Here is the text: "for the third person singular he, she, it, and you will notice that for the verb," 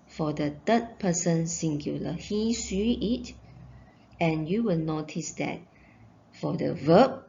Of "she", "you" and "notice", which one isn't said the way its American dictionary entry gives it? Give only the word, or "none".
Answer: she